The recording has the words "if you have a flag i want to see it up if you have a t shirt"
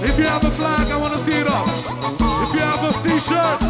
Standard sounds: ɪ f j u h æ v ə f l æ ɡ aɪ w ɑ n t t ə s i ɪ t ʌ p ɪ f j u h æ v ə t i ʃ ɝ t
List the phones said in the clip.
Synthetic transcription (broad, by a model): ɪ f j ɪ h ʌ v ə f l æ ɡ aɪ w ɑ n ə s i ɪ t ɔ f ɪ f j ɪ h v ə t i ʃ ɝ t